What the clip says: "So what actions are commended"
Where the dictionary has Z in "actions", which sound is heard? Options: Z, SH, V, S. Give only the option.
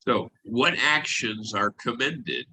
Z